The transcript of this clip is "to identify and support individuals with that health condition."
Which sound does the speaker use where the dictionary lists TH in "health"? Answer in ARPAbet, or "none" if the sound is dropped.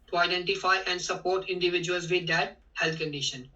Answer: T